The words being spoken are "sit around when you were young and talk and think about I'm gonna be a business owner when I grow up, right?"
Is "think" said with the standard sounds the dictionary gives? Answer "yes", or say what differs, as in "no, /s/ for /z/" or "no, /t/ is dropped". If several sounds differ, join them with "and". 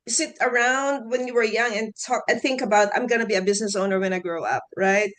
yes